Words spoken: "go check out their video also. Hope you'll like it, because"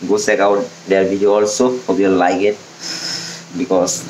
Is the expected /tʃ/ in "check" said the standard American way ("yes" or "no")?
no